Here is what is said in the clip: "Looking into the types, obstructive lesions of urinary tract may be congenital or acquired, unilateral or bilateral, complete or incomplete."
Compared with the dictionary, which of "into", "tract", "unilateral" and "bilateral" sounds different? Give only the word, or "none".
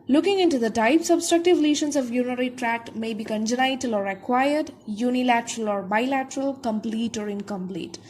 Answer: tract